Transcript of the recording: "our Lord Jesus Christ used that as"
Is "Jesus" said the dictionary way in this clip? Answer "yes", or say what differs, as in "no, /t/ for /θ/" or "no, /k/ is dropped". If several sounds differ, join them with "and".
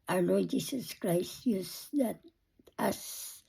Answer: no, /s/ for /z/